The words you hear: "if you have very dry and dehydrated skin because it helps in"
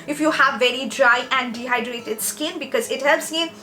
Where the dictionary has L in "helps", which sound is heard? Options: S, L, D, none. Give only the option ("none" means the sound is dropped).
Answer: L